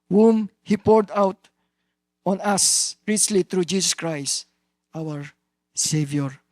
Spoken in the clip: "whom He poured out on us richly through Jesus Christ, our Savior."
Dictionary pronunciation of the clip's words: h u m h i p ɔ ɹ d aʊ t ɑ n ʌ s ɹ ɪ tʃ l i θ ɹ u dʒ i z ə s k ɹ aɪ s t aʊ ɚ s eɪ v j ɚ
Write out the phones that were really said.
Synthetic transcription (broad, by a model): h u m h i p ɔ ɹ d aʊ t ɑ n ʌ s ɹ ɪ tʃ l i t ɹ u dʒ i s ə s k ɹ aɪ s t aʊ ɚ s eɪ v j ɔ